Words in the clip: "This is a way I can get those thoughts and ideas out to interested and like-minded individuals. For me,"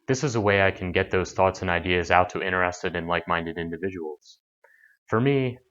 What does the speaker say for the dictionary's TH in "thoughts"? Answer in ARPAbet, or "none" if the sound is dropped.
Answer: TH